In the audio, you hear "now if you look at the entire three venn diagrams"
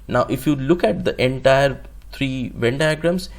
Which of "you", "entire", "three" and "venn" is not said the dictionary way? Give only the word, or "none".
three